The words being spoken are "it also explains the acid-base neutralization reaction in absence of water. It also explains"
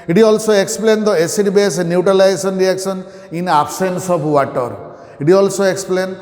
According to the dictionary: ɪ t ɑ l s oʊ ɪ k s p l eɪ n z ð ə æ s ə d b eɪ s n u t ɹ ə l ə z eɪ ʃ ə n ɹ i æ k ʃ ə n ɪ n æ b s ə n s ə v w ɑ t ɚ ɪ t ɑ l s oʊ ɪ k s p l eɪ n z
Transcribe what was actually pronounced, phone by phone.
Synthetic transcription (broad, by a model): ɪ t ɑ l s oʊ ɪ k s p l eɪ n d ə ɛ s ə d b eɪ s n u t ɹ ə l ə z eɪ s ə n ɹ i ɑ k s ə n ɪ n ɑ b s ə n s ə p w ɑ t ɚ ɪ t ɑ l s oʊ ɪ k s p l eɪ n